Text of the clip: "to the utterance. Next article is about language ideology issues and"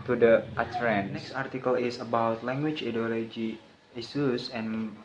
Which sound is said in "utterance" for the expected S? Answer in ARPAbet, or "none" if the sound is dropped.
none